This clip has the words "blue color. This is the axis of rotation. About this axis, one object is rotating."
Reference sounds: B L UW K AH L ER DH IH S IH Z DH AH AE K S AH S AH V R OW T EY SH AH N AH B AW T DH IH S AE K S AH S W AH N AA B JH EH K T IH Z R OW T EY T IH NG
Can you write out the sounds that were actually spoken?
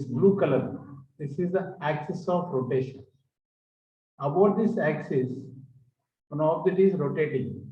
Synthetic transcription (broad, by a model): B L UW K AH L ER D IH S IH Z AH AE K S AH S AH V R OW T EY SH AH N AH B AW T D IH S AE K S AH S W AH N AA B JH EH T IH Z R OW T EY T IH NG